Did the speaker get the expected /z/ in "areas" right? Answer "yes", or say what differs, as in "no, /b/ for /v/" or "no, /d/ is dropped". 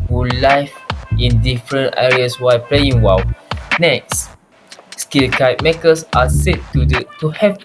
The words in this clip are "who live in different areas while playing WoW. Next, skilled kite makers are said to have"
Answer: no, /s/ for /z/